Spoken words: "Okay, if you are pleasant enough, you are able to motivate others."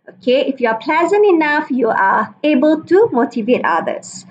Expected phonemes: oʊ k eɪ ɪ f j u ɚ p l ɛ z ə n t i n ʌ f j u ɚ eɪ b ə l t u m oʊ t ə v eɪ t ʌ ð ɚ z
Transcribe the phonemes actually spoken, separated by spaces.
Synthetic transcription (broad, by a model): oʊ k eɪ ɪ f j u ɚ p l ɛ z ə n t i n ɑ f j u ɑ eɪ b ə l t u m oʊ t ə v eɪ t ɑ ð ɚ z